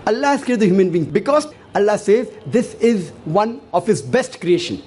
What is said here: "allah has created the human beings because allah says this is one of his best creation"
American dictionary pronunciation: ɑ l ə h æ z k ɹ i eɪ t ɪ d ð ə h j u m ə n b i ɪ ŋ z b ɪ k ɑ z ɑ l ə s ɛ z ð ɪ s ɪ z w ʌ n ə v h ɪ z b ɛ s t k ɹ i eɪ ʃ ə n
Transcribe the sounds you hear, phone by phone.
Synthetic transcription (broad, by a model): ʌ l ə h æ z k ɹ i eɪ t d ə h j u m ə n b i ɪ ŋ b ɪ k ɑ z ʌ l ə s ɛ z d ɪ s ɪ z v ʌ n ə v h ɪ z b ɛ s t k ɹ i eɪ ʃ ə n